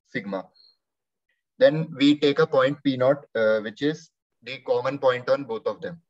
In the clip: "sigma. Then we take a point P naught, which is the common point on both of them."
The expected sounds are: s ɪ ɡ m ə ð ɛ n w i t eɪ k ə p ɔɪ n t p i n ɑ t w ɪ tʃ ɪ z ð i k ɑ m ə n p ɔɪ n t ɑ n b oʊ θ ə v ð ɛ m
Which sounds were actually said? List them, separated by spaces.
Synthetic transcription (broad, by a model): s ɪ ɡ m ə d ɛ n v i t eɪ k ə p ɔɪ n t p i n ɑ t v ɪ tʃ ɪ z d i k ɑ m ə n p ɔɪ n t ɑ n b oʊ t ə v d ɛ m